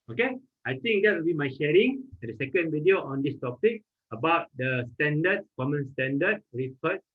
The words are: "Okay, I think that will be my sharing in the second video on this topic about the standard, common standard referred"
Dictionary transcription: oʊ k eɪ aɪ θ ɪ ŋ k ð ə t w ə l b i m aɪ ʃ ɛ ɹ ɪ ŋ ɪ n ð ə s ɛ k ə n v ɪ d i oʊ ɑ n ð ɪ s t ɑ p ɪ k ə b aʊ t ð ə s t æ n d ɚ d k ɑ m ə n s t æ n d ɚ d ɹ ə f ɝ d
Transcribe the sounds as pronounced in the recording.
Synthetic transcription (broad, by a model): oʊ k eɪ aɪ t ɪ ŋ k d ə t w ə l b i m aɪ ʃ ɛ ɹ ɪ ŋ ɪ n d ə s ɛ k ə n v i d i oʊ ɑ n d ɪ s t ɑ p ɪ k ə b aʊ t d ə s t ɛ n d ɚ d k ɑ m ə n s t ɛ n d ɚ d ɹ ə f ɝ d